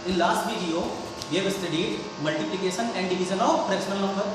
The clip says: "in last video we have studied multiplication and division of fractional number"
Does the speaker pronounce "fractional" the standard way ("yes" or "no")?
no